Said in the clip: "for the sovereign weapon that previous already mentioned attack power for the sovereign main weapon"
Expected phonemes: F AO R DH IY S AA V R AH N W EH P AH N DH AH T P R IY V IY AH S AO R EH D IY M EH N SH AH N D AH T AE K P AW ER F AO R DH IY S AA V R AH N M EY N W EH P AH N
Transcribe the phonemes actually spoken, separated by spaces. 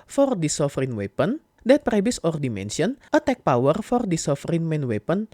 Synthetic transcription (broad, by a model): F AO R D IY S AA F R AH N W EH P AH N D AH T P R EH B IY S AO R D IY M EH N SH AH N AH T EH K P AW ER F AO R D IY S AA F R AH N M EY N W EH P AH N